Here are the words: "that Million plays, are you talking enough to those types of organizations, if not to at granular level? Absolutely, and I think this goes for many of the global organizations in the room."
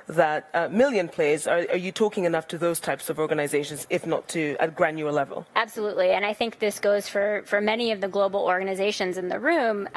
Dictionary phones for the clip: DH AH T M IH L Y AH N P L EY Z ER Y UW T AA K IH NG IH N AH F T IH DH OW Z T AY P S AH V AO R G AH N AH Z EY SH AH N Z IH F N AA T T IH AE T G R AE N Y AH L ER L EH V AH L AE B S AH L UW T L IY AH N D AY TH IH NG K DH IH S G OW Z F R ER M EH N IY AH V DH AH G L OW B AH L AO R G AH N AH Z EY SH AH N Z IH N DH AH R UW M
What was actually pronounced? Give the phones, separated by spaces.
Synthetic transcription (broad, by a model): DH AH T M IH L Y AH N P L EY Z ER Y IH T AA K IH NG IH N AH F T IH DH OW Z T AY P S AH V AO R G AH N AH Z EY SH AH N Z IH F N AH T T IH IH T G R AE N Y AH ER L EH V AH L AE B S AH L UW T L IY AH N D AY TH IH NG K DH IH S G OW Z F R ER M EH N IY AH V DH AH G L OW B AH L AO R G AH N AH Z EY SH AH N Z IH N DH AH R UW M